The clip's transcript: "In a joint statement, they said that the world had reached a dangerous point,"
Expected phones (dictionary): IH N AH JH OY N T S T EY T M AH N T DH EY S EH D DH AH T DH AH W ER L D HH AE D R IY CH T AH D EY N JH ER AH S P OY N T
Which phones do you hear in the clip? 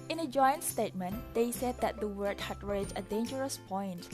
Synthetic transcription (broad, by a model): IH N AH JH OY N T S T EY T M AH N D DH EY S EH D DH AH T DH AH W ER D HH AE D R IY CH AH D EY N JH ER AH S P OY N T